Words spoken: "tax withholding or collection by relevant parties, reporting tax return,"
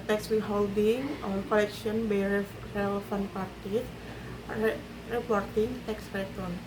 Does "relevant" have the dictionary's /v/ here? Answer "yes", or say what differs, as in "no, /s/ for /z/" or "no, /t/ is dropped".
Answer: no, /f/ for /v/